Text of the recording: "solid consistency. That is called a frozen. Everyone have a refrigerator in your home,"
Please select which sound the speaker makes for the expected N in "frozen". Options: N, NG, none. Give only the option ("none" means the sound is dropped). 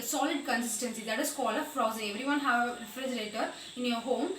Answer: none